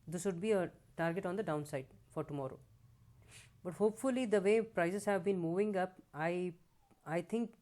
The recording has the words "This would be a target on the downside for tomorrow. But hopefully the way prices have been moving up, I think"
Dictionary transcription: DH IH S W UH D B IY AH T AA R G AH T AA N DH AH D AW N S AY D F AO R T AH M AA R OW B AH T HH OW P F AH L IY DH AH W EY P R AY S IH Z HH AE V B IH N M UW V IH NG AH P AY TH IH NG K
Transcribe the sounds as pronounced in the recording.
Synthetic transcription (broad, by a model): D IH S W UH D B IY AH T AA R G AH T AA N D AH D AW N S AY D F AO R T AH M AA R OW B AH T HH OW P F AH L IY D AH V EY P R AY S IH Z HH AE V B IH N M UW V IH NG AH P AY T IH NG K